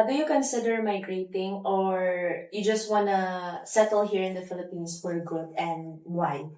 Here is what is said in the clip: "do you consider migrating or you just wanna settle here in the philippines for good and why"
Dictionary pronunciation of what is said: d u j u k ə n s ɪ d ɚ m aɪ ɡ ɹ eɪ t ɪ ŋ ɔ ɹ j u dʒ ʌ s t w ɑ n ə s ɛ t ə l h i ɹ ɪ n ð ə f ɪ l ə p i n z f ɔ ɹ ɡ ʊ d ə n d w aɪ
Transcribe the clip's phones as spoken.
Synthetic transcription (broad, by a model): d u j u k ə n s ɪ d ɚ m aɪ ɡ ɹ eɪ t ɪ ŋ ɔ ɹ j u dʒ ʌ s t w ɑ n ə s ɛ t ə l h i ɹ ɪ n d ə f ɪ l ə p i n s f ɔ ɹ ɡ ʊ d ə n d w aɪ